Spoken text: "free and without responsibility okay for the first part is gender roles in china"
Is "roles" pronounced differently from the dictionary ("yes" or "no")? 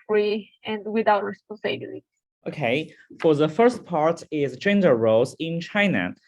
yes